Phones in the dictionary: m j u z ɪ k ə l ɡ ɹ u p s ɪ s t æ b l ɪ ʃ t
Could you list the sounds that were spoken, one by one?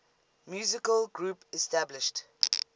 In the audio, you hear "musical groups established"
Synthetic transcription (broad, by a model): m j u z ɪ k ə l ɡ ɹ u p ɪ s t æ b l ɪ ʃ t